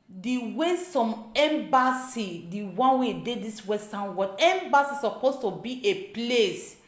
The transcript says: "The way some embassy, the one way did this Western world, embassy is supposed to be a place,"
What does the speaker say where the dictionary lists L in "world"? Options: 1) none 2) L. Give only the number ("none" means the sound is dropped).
1